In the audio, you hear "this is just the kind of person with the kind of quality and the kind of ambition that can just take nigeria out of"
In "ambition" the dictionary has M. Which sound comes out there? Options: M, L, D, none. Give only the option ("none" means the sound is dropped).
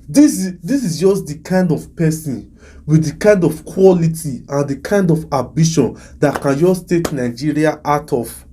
none